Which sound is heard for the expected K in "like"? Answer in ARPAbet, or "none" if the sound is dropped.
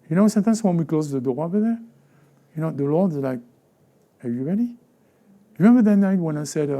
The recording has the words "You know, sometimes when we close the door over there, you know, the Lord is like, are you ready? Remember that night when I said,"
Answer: K